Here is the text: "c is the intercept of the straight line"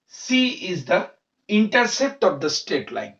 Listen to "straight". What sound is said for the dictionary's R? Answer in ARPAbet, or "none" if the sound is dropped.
none